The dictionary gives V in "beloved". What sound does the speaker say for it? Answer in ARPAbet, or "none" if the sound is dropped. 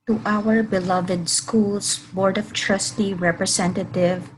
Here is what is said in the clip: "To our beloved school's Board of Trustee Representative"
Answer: V